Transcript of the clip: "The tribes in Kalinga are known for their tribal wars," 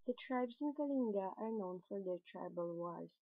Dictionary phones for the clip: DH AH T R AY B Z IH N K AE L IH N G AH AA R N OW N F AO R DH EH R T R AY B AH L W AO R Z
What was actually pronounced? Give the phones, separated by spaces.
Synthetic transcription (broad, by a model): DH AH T R AY B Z IH N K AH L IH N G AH AA R N OW N F AO R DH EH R T R AY B AH L W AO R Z